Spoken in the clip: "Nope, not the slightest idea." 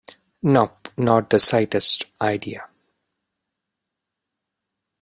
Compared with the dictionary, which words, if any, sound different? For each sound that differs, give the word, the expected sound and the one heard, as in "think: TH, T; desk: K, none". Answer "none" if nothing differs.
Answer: slightest: L, none